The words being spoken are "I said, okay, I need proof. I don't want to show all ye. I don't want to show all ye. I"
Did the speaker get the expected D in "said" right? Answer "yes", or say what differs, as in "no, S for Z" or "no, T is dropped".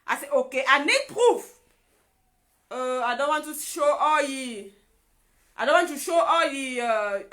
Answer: no, D is dropped